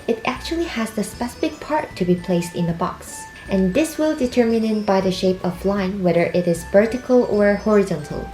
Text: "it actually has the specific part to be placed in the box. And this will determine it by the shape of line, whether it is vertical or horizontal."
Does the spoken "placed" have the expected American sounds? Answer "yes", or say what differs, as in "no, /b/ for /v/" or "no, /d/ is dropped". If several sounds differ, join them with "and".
yes